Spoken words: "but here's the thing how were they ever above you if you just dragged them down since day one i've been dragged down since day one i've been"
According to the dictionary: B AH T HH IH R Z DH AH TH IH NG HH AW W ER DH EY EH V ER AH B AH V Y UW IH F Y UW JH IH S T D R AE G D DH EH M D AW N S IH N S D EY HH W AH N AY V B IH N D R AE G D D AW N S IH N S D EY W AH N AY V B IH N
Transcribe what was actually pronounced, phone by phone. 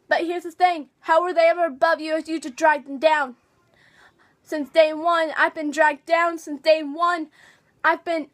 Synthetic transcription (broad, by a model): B AH T HH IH R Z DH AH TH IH NG HH AW W ER DH EY EH V ER AH B AH V Y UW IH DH Y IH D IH D R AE G DH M D AW N S IH N S D EY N W AH N AY V B IH N D R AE G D D AW N S IH N S D EY W AH N AY V B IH N